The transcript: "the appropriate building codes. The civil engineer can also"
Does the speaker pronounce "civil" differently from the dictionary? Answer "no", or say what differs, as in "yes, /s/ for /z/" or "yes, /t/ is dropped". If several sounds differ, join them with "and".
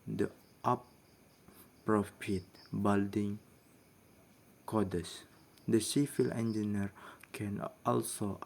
yes, /f/ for /v/